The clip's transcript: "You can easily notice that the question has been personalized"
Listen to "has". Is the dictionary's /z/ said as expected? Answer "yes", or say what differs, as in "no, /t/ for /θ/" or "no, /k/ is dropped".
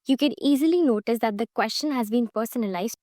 yes